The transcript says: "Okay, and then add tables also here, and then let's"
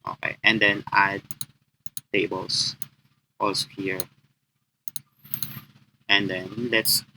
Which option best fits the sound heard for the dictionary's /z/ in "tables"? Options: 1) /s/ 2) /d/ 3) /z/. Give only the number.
1